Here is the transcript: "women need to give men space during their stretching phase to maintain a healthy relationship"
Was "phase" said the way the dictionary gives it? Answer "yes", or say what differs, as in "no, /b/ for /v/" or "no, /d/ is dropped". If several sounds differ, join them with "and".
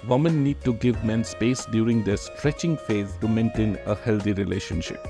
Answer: yes